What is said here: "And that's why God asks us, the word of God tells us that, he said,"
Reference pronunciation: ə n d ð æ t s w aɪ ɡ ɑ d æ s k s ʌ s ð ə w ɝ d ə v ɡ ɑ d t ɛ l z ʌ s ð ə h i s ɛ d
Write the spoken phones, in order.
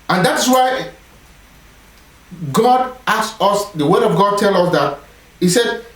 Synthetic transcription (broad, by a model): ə n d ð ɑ t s w aɪ ɡ ɑ d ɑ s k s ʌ s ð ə w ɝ d ə v ɡ ɑ d t ɛ l ʌ s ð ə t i s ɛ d